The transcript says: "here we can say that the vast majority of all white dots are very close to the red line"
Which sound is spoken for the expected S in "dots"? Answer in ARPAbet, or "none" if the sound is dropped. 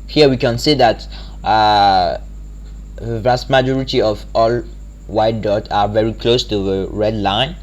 none